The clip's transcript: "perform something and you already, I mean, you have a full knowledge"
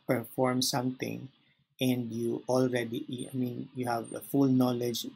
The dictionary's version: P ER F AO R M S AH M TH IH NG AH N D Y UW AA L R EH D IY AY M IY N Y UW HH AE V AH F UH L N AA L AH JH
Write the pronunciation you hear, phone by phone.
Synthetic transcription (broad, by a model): P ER F AO R M S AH M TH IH NG AH N D Y UW AA L R EH D IY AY M IY N Y UW HH AE V AH F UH L N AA L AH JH